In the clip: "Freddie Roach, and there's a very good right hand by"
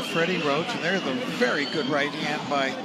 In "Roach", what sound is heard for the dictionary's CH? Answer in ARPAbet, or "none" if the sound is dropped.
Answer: S